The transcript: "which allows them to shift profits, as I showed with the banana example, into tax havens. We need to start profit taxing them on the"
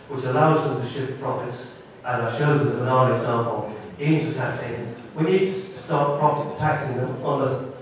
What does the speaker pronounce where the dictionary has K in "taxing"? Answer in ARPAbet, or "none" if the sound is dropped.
K